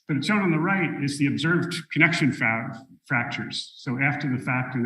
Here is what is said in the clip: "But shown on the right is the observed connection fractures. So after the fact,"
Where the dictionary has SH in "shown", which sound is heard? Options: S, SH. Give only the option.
S